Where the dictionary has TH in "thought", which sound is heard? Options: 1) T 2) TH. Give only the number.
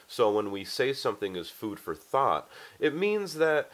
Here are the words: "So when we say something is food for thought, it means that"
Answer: 2